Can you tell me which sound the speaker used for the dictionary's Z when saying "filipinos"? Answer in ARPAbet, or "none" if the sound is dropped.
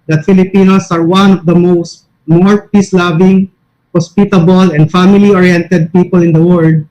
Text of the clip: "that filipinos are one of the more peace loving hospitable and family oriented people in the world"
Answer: S